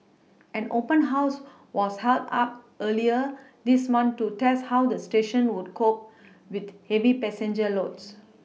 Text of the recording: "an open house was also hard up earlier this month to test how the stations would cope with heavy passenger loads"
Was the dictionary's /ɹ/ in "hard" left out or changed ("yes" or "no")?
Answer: yes